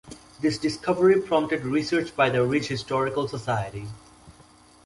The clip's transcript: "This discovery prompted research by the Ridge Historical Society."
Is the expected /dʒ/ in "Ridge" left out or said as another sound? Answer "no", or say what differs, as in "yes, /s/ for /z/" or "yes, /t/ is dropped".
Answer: yes, /tʃ/ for /dʒ/